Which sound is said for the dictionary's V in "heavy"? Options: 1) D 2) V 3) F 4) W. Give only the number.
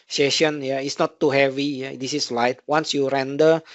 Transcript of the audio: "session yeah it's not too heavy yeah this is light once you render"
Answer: 2